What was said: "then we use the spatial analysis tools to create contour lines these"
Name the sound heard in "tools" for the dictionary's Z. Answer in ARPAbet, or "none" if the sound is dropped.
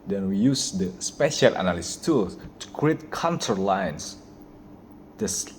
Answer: none